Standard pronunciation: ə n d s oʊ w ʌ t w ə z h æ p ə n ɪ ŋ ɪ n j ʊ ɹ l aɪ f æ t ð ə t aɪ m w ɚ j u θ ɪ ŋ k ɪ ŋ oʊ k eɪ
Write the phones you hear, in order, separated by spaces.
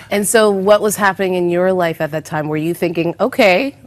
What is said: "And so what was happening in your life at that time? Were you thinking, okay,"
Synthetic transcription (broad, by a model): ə n s oʊ w ʌ t w ə z h æ p ə n ɪ ŋ ɪ n j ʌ ɹ l aɪ f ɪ t ð ə t aɪ m w ɚ j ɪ θ ɪ ŋ k ɪ ŋ oʊ k eɪ